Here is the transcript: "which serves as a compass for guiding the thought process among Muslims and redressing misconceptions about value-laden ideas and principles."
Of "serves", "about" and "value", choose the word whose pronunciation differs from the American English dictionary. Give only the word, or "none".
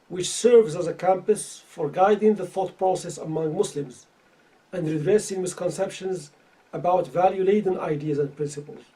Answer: none